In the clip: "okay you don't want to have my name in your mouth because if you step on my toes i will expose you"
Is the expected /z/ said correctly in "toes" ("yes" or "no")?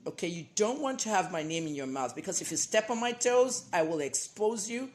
yes